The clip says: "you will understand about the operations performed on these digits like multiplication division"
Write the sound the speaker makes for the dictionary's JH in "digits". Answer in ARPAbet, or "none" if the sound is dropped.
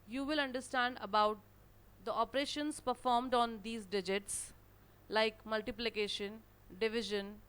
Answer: JH